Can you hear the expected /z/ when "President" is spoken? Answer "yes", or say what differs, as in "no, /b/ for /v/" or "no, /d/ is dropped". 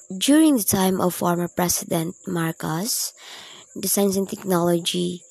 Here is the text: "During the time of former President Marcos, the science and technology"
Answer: no, /s/ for /z/